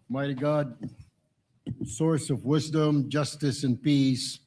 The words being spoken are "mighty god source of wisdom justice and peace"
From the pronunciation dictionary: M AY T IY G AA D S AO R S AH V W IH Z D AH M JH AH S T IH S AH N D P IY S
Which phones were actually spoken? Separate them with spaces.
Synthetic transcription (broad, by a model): M AY T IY G AA D S AO R S AH V W IH Z D AH M JH AH S T IH S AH N P IY S